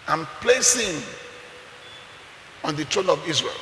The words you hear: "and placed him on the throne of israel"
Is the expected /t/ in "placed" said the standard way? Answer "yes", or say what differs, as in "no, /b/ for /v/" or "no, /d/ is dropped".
no, /t/ is dropped